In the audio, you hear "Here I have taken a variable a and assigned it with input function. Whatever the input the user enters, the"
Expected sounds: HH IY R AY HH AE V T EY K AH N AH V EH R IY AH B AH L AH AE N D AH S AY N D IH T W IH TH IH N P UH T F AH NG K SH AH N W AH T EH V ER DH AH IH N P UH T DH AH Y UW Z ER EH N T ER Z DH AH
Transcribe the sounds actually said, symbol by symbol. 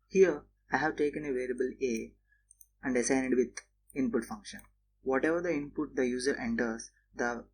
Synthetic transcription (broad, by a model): HH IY R AY HH AE V T EY K AH N AH V EH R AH B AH L AH AE N D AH S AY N IH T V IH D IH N P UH T F AH NG K SH AH N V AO T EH V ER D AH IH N P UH T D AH Y UW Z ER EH N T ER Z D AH